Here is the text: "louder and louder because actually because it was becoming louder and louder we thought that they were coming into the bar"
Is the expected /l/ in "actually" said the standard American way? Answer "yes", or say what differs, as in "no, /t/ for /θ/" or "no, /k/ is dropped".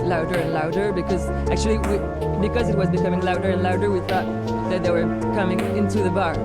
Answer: no, /w/ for /l/